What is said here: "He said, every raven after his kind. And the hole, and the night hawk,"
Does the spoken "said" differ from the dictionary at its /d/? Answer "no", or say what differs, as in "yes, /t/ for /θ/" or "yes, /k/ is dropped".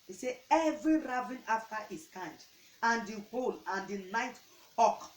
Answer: yes, /d/ is dropped